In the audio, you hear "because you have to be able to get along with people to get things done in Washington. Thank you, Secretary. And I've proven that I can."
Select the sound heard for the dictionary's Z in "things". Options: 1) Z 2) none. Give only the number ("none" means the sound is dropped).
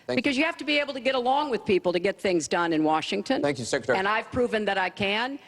1